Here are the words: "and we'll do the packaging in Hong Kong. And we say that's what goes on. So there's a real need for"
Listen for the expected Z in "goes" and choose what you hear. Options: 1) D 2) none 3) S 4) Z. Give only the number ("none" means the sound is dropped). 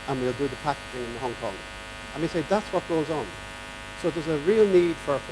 4